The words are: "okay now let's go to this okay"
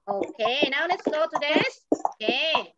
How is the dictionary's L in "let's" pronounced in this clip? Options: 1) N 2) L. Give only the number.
1